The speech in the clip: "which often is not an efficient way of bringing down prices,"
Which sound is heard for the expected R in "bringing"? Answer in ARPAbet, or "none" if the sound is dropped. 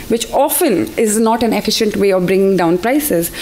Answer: R